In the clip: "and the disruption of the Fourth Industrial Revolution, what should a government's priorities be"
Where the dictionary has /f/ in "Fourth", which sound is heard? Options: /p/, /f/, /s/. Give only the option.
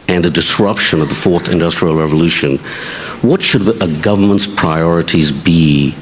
/f/